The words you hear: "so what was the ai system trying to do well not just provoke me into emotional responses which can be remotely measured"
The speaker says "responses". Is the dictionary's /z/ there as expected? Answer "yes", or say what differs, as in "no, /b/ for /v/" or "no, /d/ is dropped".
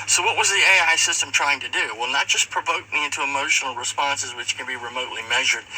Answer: yes